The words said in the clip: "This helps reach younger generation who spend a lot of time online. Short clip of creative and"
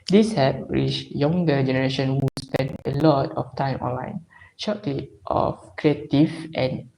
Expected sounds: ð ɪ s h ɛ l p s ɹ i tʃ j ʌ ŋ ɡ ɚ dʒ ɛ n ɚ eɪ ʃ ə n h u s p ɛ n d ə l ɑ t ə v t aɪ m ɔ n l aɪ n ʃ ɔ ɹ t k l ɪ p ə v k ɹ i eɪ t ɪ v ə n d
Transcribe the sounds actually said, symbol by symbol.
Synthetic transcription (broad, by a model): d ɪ s h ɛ p ɹ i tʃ j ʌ ŋ ɡ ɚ dʒ ɛ n ɚ eɪ ʃ ə n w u s p ɛ n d ə l ɑ t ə f t aɪ m ɔ n l aɪ n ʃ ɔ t l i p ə f k ɹ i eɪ t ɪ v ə n